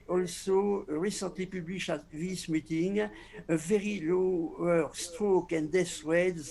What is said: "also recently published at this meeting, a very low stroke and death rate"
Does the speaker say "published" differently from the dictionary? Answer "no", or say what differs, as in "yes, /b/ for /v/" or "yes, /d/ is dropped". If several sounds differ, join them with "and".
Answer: yes, /t/ is dropped